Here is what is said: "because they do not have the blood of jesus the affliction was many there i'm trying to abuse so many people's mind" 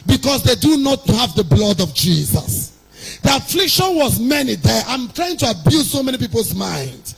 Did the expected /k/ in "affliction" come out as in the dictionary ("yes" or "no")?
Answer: yes